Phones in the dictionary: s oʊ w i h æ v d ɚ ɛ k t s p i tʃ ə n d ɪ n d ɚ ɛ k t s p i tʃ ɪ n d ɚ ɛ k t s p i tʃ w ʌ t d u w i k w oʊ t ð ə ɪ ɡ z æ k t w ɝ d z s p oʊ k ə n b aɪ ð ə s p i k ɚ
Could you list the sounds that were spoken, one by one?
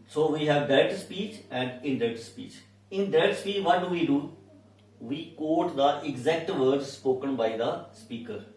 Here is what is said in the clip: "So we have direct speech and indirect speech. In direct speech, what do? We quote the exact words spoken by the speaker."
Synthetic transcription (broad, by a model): s oʊ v i h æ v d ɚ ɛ t s p i tʃ ə n d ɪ n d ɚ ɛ t s p i tʃ ɪ n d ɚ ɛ t s p i tʃ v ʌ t d u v i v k oʊ t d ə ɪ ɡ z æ k t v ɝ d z s p oʊ k ə n b aɪ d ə s p i k ɚ